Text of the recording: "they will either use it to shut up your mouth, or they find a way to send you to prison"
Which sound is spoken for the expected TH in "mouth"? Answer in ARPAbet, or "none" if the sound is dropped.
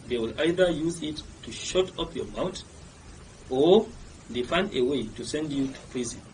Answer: T